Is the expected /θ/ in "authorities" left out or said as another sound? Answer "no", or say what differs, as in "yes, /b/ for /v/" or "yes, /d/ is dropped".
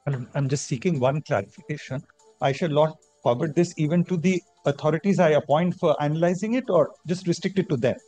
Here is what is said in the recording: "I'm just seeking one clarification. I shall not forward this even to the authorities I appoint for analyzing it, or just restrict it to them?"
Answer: yes, /t/ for /θ/